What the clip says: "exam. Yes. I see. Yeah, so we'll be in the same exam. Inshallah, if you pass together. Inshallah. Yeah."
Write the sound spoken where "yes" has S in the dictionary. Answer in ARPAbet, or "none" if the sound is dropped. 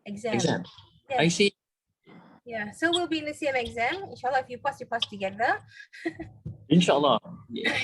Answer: none